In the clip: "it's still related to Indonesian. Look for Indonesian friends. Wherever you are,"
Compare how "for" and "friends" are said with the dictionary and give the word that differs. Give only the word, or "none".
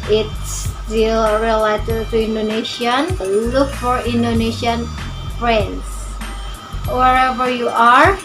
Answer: friends